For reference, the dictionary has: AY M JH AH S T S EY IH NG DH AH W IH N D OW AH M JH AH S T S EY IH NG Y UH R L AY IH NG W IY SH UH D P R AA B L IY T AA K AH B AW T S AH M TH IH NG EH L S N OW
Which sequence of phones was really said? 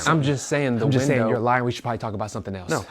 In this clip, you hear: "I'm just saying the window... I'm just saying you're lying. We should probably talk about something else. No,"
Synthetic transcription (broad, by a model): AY M JH AH S T S EY IH NG DH AH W IH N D OW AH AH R L AY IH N W IY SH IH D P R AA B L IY T AA K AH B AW T S AH M TH IH NG EH L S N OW